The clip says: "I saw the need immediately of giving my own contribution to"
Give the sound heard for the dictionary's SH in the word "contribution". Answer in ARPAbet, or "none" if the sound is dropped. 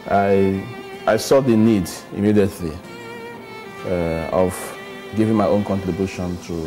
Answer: SH